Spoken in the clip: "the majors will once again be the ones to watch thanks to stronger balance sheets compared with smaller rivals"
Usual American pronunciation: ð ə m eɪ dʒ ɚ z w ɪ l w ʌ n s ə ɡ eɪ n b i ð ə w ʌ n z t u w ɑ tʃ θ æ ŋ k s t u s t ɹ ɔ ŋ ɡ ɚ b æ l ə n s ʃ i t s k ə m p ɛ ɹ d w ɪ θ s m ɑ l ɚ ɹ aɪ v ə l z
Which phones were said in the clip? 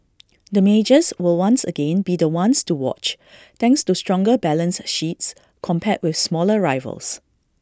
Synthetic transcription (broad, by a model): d ə m eɪ dʒ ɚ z w ɪ l w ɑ n s ə ɡ eɪ n b i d ə w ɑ n s t u w ɑ tʃ t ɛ ŋ k s t u s t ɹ ɔ ŋ ɡ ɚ b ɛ l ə n s ʃ i t s k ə m p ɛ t w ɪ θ s m ɑ l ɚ ɹ aɪ v ə l s